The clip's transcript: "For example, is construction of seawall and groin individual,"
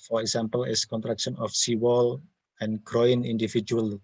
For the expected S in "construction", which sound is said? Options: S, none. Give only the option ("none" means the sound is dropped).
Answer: none